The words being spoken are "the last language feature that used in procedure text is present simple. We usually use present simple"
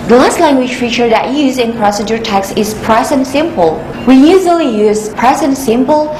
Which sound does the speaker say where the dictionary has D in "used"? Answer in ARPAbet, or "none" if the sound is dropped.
none